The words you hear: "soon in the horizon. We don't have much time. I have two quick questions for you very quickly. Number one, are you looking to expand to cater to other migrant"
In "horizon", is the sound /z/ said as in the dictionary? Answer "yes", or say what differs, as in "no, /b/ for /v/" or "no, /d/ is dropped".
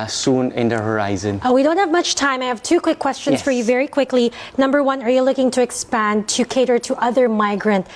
yes